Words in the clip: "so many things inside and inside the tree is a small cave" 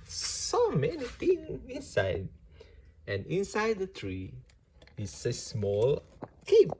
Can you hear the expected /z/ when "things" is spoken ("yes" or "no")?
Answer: no